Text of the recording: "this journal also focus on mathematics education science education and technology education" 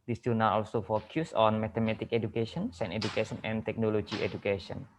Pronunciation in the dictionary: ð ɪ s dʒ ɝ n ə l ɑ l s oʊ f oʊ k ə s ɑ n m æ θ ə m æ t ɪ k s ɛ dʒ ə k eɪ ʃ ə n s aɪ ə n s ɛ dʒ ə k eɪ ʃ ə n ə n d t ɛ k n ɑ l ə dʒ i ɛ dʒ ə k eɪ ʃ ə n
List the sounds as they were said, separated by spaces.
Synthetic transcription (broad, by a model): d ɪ s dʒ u n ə w ɑ l s oʊ f oʊ k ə s ɑ n m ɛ t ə m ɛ t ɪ k ɛ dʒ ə k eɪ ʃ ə n s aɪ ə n ɛ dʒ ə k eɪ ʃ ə n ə n t ɛ k n ɑ l ə dʒ i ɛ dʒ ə k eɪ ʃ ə n